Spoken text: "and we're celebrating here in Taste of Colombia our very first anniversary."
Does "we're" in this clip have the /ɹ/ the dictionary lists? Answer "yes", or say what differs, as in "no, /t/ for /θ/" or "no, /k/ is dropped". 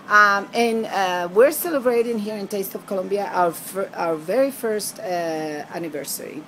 yes